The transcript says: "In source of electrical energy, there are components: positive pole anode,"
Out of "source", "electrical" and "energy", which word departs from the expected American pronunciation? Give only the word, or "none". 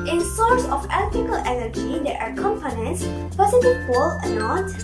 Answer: electrical